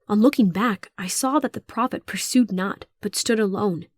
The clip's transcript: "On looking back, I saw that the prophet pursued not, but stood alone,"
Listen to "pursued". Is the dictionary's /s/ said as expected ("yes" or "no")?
yes